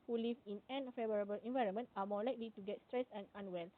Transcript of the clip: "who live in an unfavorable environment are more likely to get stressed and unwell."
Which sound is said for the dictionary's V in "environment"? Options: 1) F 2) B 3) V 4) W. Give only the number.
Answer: 3